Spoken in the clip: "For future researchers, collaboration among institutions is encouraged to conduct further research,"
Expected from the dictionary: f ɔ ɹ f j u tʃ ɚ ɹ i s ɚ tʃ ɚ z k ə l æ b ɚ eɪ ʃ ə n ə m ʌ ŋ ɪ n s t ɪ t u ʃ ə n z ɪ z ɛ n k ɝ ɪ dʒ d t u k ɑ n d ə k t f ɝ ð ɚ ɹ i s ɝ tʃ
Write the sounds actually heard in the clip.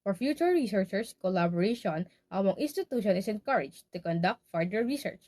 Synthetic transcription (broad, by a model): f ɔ ɹ f j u tʃ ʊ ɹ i s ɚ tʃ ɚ s k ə l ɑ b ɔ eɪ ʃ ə n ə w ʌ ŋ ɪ n s t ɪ t u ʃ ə n ɪ s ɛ n k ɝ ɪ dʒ t u k ɑ n d ə k t f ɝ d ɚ ɹ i s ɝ tʃ